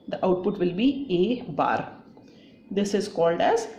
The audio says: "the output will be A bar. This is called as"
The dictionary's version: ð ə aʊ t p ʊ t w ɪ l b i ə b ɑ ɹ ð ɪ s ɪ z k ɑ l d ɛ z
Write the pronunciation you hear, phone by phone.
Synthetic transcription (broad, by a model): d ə aʊ t p ʊ t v ɪ l b i ə b ɑ ɹ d ɪ s ɪ z k ɑ l d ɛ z